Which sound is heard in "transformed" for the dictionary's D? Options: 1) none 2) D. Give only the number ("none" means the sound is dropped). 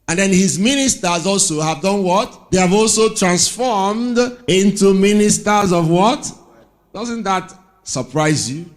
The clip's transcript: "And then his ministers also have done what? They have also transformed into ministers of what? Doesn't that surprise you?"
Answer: 2